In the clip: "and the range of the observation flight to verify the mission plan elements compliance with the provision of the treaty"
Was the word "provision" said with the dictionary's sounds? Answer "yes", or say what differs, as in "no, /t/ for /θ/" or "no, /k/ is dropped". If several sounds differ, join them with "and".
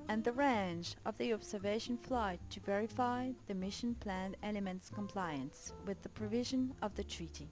yes